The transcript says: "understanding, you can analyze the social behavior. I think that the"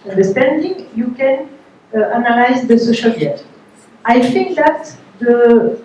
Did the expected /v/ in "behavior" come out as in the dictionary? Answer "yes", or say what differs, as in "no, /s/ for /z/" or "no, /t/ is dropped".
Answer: no, /v/ is dropped